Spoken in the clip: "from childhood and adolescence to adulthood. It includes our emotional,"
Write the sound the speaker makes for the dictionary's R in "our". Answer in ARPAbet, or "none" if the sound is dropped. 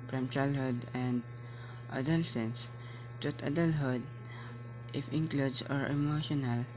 R